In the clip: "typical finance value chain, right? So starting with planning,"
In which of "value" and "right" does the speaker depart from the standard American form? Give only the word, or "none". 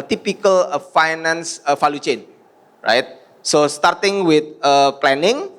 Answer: value